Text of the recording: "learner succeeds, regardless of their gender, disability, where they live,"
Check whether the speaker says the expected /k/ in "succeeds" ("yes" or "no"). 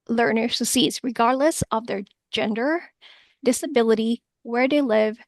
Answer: no